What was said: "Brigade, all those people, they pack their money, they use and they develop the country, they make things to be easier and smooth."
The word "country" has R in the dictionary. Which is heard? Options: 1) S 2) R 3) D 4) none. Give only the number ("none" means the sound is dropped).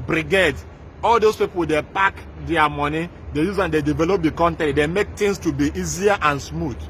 4